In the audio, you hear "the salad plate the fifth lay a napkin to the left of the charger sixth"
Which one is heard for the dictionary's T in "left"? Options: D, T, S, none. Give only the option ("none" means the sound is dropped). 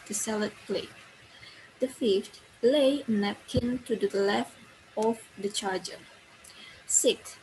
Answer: T